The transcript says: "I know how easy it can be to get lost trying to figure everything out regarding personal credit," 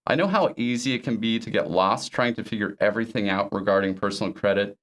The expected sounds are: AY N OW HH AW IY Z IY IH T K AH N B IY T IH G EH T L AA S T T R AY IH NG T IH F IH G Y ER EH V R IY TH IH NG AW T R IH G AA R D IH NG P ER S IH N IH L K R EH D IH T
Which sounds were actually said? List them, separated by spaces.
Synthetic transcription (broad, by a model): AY N OW HH AW IY Z IY IH T K AH N B IY T IH G EH T L AA S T T R AY IH NG T IH F IH G Y ER EH V R IY TH IH NG AW T R IH G AA R D IH NG P ER S N L K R EH D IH T